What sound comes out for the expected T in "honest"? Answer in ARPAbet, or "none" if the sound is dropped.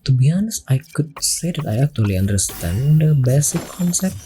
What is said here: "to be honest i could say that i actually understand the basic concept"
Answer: none